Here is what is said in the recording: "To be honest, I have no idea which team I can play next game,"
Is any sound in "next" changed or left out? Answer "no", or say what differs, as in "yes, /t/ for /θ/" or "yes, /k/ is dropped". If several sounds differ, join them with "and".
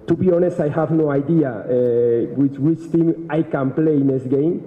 yes, /k/ is dropped